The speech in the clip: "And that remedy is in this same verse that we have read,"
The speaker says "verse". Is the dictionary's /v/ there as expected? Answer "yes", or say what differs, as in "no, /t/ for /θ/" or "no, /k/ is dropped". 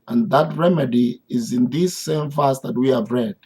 no, /f/ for /v/